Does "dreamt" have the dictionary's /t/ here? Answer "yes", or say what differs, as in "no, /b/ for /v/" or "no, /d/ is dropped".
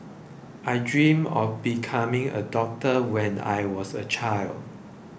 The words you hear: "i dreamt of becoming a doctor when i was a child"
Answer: no, /t/ is dropped